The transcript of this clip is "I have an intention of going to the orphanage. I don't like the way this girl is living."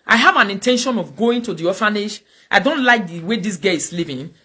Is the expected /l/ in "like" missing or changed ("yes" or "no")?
no